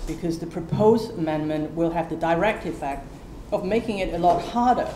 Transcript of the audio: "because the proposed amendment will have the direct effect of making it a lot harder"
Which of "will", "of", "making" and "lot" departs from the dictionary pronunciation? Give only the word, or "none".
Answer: none